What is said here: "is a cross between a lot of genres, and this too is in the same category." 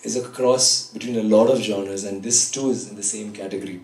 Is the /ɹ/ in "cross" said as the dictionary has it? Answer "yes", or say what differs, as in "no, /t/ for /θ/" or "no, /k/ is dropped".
yes